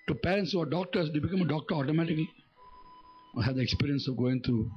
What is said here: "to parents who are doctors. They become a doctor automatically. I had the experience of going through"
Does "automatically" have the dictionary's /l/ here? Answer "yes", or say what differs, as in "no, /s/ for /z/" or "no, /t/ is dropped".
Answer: yes